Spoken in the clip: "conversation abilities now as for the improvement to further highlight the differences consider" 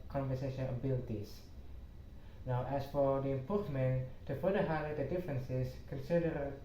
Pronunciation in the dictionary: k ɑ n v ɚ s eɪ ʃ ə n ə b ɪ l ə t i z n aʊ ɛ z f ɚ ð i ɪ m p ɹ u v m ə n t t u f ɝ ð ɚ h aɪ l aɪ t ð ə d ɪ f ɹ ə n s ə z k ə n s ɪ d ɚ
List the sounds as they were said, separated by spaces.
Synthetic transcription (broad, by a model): k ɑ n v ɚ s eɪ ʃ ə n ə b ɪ l t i s n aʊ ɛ s f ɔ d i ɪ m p u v m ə n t t u f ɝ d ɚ h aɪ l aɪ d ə d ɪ f ɹ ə n s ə s k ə n s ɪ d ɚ